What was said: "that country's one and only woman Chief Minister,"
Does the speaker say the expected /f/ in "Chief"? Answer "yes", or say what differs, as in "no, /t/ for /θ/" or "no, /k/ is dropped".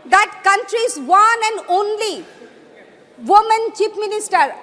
no, /p/ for /f/